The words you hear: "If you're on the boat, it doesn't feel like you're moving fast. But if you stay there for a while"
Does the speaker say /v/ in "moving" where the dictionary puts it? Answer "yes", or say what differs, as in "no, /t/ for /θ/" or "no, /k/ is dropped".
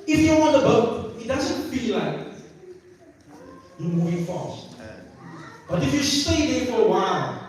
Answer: no, /v/ is dropped